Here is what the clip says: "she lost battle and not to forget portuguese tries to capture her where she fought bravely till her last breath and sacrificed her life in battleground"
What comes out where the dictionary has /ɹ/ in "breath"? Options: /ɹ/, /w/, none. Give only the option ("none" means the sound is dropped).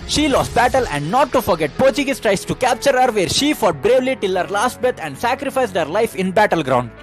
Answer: none